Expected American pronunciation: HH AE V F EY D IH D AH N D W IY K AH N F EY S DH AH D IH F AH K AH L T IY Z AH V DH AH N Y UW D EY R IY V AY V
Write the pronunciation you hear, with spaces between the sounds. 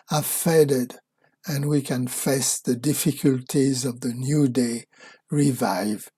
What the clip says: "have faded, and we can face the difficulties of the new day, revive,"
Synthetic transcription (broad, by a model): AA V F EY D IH D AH N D W IY K AH N F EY S DH AH D IH F AH K AH L T IY Z AH V DH AH N Y UW D EY R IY V AY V